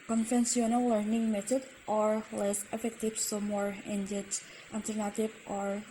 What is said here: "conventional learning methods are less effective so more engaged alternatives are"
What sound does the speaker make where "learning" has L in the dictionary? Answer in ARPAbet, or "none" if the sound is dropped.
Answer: L